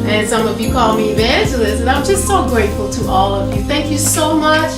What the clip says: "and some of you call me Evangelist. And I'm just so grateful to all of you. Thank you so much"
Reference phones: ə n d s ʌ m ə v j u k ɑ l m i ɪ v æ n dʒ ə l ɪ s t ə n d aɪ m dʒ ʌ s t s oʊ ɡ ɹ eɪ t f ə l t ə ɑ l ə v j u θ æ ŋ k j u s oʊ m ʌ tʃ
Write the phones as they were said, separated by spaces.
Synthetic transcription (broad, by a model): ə n s ʌ m ə v j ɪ k ɑ l m i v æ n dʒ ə l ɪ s ə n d aɪ m dʒ ʌ s t s oʊ ɡ ɹ eɪ t f l t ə ɑ l ə v j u θ æ ŋ k j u s oʊ m ʌ tʃ